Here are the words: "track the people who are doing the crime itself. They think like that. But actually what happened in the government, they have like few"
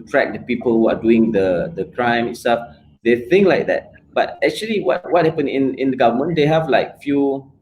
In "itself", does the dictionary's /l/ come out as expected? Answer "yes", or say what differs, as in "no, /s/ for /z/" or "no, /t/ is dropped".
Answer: no, /l/ is dropped